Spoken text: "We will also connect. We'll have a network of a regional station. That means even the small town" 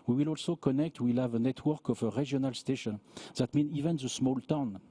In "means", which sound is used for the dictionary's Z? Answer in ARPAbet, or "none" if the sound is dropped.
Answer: none